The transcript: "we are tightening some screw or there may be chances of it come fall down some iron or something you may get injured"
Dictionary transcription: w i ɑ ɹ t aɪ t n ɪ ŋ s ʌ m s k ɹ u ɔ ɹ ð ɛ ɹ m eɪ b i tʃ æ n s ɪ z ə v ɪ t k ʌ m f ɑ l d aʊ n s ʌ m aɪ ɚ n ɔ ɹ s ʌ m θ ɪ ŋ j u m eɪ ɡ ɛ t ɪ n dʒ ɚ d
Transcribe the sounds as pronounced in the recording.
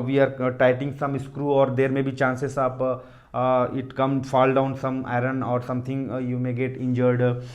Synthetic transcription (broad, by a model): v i ɑ ɹ t aɪ t ɪ ŋ s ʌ m s k ɹ u ɔ ɹ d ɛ ɹ m eɪ b i tʃ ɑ n s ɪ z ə p ɪ t k ʌ m f ɑ l d aʊ n s ʌ m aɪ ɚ n ɔ ɹ s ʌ m t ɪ ŋ j u m eɪ ɡ ɛ t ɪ n dʒ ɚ d